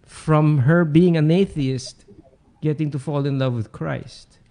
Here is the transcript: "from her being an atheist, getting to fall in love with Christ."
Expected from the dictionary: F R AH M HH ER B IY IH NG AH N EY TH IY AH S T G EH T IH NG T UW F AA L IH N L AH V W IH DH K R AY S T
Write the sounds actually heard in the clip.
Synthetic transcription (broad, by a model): F R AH M HH ER B IY IH NG AH N EY TH IY AH S T G EH T IH NG T UW F AA L IH N L AH V W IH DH K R AY S T